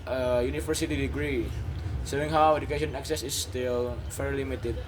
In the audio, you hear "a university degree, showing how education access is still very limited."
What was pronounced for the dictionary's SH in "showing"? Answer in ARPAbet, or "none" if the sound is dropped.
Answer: S